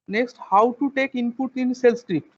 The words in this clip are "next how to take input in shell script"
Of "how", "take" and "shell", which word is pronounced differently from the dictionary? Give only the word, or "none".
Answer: shell